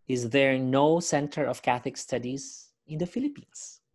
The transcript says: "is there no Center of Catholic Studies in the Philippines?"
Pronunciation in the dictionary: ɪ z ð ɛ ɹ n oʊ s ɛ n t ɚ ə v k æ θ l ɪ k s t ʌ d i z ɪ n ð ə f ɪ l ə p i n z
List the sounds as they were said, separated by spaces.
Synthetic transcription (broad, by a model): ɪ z ð ɛ ɹ n oʊ s ɛ n t ɚ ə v k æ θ ɪ k s t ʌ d i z ɪ n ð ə f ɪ l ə p i n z